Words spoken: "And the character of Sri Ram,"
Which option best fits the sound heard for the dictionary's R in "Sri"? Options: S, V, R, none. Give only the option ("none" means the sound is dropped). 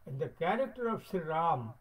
none